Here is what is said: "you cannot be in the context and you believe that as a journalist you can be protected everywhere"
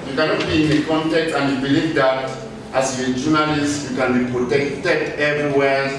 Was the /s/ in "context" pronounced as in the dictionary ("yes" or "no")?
no